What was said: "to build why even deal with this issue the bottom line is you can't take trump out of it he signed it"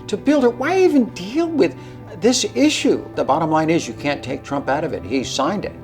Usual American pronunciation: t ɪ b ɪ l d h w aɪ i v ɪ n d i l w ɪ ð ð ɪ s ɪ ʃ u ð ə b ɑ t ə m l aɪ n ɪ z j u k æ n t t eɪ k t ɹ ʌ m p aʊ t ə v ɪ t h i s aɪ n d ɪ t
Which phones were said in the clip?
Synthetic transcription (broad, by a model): t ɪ b ɪ l d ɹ w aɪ i v ɪ n d i l w ɪ ð ð ɪ s ɪ ʃ u ð ə b ɑ t ə m l aɪ n ɪ z j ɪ k æ n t t eɪ k t ɹ ʌ m p aʊ t ə v ɪ t h i s aɪ n d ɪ t